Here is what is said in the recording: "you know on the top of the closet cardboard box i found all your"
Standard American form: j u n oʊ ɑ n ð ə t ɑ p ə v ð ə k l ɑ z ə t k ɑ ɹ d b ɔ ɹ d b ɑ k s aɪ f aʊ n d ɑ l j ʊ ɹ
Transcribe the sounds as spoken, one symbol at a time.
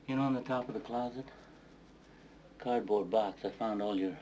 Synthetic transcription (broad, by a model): j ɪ n oʊ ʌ n ð ə t ɑ p ə v ð ə k l ɑ z ə t k ɑ ɹ d b ɔ ɹ d b ɑ k s aɪ f aʊ n d ɑ l j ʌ ɹ